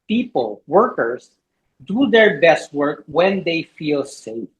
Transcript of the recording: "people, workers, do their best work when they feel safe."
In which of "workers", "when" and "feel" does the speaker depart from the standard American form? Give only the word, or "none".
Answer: workers